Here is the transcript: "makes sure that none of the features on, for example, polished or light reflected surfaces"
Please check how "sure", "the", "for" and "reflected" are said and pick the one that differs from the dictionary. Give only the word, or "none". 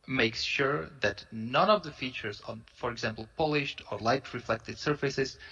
none